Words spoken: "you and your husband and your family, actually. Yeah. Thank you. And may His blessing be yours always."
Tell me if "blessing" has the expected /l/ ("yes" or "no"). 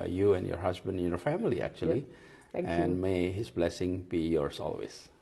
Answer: yes